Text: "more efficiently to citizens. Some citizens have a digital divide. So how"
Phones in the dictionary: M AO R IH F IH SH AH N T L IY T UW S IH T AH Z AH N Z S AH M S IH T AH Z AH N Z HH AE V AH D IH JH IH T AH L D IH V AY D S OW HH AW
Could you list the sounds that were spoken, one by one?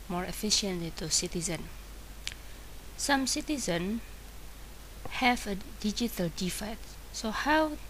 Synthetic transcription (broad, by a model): M AO R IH F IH SH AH N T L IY T UW S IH T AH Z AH N S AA M S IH T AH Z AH N HH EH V AH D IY JH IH T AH L D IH F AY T S OW HH AW